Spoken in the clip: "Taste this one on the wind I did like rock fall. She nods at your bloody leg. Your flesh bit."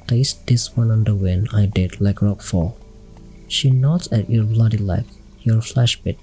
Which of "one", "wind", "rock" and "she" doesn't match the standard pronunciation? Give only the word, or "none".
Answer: wind